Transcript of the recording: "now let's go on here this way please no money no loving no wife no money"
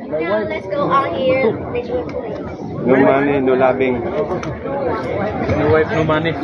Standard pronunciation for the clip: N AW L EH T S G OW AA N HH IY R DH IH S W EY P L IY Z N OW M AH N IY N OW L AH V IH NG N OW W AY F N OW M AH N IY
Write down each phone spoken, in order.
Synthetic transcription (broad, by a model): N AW L EH T S G OW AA L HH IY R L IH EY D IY N OW M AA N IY N OW L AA B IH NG N OW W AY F N OW M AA N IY